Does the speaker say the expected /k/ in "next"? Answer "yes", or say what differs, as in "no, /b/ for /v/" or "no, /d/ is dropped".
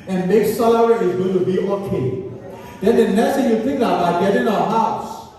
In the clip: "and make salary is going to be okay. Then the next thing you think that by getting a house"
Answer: no, /k/ is dropped